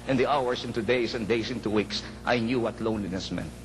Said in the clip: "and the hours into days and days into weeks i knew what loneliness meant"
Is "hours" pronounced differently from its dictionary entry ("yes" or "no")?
yes